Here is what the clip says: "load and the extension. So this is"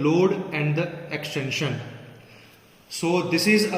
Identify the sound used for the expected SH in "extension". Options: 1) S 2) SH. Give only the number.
2